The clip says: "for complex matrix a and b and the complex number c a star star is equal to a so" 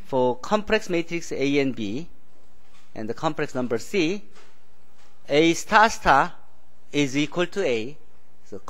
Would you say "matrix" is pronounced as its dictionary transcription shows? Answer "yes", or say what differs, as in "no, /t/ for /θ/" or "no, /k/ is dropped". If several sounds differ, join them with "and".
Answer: yes